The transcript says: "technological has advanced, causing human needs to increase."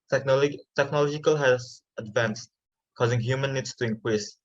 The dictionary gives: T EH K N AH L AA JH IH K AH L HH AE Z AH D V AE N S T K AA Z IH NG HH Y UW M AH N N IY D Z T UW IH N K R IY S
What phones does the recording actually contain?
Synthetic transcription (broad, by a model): T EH K N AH L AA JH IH K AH L HH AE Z AH D V AE N S T K AA Z IH NG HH Y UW M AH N N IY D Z T UW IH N K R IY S